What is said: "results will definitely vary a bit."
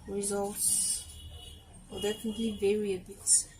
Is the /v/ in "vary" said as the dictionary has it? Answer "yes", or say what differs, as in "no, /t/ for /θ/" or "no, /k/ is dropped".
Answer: yes